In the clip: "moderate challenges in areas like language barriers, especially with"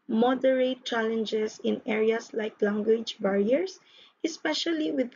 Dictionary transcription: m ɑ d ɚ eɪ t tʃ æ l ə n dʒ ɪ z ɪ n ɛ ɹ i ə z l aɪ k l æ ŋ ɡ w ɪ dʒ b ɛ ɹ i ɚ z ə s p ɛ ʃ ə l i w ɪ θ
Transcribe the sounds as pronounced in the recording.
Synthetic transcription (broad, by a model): m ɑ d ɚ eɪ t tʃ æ l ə n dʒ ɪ s ɪ n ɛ ɹ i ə s l aɪ k l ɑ ŋ ɡ w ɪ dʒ b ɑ ɹ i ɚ s ə s p ɛ ʃ ə l i w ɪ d